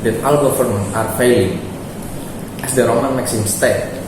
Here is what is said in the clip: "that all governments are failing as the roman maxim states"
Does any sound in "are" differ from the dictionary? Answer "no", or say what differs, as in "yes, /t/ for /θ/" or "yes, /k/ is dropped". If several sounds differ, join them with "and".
no